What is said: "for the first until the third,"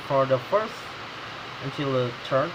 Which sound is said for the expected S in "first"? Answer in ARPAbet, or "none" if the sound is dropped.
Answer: S